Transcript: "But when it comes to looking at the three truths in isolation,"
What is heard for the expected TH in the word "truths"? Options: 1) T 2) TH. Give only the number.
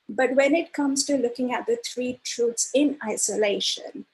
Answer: 1